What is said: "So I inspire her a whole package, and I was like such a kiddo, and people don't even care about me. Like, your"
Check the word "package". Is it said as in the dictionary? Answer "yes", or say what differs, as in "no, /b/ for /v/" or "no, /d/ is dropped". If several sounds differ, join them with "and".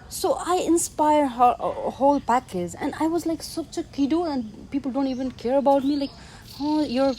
no, /z/ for /dʒ/